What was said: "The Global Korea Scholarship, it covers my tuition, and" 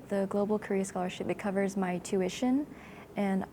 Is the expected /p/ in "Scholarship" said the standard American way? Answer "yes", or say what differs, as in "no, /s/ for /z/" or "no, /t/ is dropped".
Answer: yes